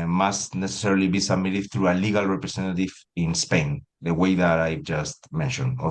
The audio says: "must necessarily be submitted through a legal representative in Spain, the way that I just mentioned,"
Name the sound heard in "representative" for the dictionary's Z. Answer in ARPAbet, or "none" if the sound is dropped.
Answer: S